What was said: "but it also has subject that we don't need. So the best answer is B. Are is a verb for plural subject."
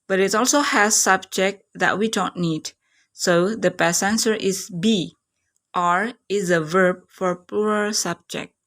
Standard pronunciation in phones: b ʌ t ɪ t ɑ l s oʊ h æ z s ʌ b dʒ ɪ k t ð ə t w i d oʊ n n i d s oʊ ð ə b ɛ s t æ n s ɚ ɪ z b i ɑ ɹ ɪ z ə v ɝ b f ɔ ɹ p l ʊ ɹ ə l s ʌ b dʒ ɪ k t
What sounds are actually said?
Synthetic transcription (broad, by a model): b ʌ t ɪ t ɑ l s oʊ h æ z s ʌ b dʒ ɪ k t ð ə t w i d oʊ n n i d s oʊ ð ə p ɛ s ɛ n s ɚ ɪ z b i ɑ ɹ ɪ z ə v ɝ b f ɔ ɹ p u ɹ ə s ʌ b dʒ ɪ k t